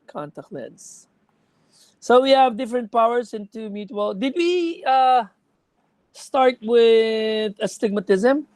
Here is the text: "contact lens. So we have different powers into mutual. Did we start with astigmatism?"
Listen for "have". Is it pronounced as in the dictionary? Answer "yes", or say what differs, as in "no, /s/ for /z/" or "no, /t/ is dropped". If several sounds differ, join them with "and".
yes